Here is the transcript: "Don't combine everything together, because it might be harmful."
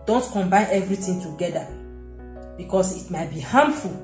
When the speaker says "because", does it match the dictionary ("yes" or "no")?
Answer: no